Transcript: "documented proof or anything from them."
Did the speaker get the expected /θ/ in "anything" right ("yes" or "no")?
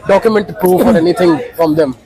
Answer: no